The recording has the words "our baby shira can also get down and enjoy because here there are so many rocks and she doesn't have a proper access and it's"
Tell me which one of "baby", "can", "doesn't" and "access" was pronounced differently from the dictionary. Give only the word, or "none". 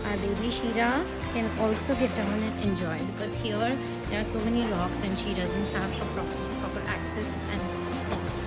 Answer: none